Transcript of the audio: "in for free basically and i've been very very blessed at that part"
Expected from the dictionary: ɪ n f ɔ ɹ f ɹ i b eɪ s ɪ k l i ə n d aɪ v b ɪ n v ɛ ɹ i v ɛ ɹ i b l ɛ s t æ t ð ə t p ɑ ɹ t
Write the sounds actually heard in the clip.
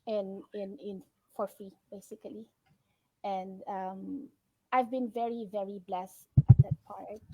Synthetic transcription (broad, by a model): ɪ n f ɔ ɹ f i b eɪ s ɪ k l i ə n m aɪ v b ɪ n v ɛ ɹ i v ɛ ɹ i b l ɛ s t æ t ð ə t p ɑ ɹ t